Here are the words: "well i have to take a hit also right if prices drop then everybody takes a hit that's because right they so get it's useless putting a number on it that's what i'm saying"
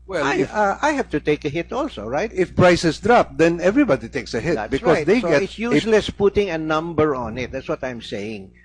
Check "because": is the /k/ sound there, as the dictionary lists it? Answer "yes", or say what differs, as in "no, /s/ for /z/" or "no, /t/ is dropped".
no, /k/ is dropped